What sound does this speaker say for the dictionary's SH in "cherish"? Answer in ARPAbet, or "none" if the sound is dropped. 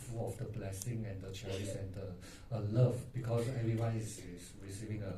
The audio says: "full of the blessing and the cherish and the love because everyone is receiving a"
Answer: S